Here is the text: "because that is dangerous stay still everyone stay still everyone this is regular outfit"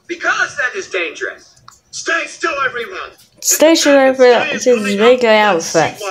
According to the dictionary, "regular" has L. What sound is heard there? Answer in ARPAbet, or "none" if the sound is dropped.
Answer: none